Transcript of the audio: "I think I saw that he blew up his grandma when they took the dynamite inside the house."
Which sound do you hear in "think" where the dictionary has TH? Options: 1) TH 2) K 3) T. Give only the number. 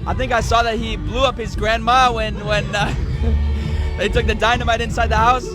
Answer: 1